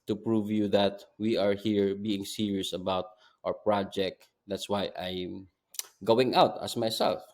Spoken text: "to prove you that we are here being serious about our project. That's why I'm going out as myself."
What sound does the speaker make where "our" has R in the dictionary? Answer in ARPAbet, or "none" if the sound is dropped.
R